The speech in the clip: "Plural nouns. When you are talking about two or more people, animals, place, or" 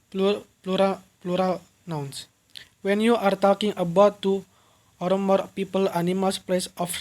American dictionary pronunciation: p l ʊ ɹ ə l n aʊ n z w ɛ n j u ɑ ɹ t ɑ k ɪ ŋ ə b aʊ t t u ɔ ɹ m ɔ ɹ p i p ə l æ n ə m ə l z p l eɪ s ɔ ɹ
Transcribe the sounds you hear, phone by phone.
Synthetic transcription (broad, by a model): p l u ɹ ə l n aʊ n s w ɛ n j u ɑ ɹ t ɑ k ɪ ŋ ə b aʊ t t u ɔ ɹ m ɔ ɹ p i p ə l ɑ n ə m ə l s p l eɪ s ɔ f